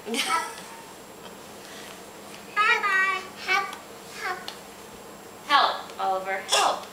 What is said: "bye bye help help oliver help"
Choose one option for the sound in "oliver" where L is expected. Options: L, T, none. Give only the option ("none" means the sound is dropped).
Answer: none